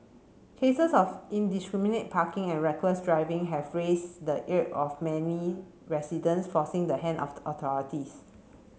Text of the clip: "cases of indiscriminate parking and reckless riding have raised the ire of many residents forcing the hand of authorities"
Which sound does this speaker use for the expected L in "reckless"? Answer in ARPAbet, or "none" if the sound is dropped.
W